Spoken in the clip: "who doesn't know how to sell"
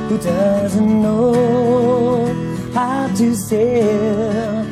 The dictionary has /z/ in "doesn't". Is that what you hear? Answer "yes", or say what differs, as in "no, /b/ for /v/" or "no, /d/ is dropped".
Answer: yes